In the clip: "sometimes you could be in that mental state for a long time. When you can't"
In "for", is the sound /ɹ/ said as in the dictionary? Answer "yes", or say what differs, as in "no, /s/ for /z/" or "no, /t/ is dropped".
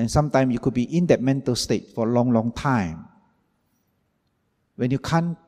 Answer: no, /l/ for /ɹ/